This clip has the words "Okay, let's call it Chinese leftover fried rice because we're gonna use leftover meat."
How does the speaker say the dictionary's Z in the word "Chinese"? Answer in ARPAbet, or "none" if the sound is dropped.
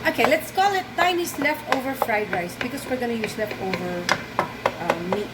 S